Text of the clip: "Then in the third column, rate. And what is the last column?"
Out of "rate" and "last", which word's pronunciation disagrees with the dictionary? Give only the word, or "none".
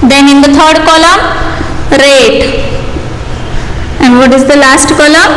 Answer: none